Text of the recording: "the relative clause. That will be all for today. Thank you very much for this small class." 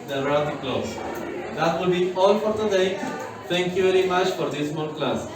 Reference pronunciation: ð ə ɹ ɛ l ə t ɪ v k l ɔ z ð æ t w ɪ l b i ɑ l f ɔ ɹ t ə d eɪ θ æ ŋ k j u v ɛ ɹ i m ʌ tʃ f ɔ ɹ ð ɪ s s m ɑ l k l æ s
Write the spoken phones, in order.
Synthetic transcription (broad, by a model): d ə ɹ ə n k l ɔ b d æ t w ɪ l b i ɑ l f ɔ ɹ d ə d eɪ t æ ŋ k j u v ɛ ɹ i m ʌ tʃ f ɔ ɹ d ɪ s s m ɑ n k l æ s